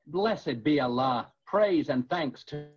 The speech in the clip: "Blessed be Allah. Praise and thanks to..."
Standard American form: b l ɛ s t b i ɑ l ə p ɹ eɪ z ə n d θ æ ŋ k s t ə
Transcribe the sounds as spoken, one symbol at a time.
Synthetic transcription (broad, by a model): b l ɛ s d b i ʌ l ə p ɹ eɪ z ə n θ æ ŋ k s t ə